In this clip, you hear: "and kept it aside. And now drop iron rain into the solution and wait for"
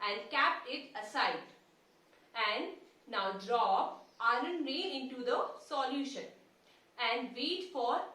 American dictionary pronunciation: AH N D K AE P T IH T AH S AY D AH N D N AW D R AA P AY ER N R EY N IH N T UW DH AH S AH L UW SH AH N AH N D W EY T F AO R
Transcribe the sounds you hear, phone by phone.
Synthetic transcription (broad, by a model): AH N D K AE P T IH T AH S AY D AH N D N AW D R AA P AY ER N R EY IH N T UW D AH S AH L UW SH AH N AH N D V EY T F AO R